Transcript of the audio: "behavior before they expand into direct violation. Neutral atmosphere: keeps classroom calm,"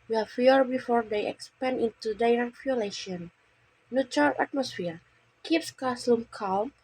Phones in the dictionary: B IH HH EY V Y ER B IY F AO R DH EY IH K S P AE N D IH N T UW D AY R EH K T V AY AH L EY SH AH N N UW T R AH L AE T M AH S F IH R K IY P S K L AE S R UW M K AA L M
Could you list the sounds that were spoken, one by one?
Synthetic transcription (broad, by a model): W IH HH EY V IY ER B IY F AO R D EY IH K S P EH N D IH N T UW D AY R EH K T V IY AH L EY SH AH N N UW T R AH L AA T M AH S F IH R K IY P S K AA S L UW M K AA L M